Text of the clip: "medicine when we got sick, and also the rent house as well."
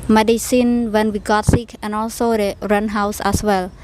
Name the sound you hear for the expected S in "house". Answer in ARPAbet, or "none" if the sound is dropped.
S